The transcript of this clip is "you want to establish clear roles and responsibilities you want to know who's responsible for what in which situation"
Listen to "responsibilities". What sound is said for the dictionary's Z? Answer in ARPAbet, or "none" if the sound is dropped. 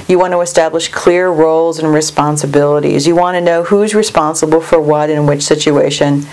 Z